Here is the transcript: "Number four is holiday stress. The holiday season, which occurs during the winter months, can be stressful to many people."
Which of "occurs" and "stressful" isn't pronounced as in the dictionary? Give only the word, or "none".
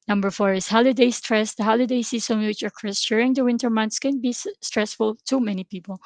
occurs